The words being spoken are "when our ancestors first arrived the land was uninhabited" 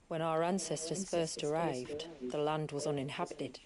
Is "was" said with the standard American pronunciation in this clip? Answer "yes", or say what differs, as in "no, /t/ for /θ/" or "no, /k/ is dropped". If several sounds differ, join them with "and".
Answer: yes